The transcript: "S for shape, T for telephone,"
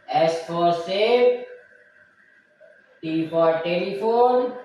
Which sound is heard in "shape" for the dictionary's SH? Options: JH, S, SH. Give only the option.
S